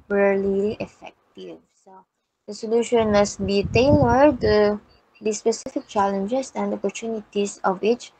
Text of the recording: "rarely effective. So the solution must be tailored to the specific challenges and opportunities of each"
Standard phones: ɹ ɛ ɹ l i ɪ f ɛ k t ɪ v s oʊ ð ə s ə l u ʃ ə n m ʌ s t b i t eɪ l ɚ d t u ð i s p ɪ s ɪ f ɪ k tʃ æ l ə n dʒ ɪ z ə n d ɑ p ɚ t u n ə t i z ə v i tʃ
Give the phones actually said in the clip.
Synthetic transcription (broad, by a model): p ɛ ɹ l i ɪ f ɛ k t ɪ v s oʊ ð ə s ə l u ʃ ə n m ʌ s t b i t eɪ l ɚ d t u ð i s p ɪ s ɪ f ɪ k tʃ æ l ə n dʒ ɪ s ə n d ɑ p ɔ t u n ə t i s ə v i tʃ